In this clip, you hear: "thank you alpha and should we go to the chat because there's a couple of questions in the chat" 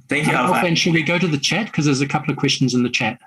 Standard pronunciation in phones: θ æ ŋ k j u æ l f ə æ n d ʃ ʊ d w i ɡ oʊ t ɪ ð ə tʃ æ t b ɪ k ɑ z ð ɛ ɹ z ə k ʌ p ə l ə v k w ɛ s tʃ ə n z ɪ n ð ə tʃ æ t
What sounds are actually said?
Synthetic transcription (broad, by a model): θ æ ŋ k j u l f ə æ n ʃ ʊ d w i ɡ oʊ t ɪ ð ə tʃ æ t k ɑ z ð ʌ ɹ z ə k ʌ p l ə v k w ɛ s tʃ ə n z ɪ n ð ə tʃ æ t